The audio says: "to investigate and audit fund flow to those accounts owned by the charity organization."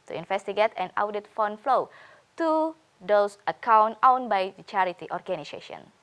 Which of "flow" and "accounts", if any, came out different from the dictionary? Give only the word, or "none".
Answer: accounts